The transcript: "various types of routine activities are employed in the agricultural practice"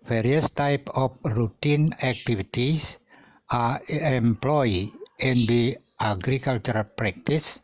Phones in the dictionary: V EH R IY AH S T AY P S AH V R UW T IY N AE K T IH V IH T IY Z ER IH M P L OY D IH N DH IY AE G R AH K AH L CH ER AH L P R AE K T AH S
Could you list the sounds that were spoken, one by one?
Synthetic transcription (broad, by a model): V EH R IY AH S T AY P AH F R UW T IY N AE K T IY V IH T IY S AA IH M P L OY IH N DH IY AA G R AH K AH L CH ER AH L P R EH K T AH S